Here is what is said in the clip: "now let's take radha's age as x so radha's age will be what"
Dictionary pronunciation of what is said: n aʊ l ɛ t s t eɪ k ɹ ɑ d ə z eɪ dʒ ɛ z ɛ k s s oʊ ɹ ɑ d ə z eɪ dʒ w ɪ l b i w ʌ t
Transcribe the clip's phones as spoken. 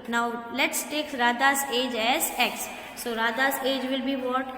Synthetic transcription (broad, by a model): n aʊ l ɛ t s t eɪ k ɹ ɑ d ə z eɪ dʒ ɛ z ɛ k s s oʊ ɹ ɑ d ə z eɪ dʒ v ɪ l b i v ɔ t